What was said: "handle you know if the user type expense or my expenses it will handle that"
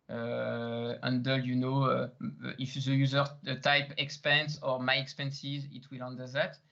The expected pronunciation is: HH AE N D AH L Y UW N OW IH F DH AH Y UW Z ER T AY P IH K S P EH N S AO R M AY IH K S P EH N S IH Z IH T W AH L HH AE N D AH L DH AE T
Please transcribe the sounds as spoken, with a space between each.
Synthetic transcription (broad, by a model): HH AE N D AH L Y UW N OW IH F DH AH Y UW Z ER T AY P IH K S P EH N S AO R M AY IH K S P EH N S IH Z IH T W AH L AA N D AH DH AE T